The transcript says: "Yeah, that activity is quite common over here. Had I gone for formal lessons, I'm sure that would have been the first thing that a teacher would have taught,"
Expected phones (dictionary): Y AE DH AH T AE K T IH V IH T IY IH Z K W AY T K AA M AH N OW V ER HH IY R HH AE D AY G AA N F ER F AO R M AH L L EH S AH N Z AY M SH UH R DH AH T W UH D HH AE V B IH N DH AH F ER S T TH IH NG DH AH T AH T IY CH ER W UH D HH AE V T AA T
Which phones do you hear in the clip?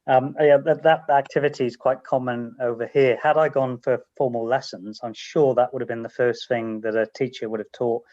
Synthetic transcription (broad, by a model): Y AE DH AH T AE K T IH V IH T IY IH Z K W AY T K AA M AH N OW V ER HH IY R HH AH D AY G AA N F ER F AO R M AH L L EH S AH N Z AY M SH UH R DH AH T W UH D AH V B IH N DH AH F ER S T TH IH NG DH AH T AH T IY CH ER W UH D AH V T AA T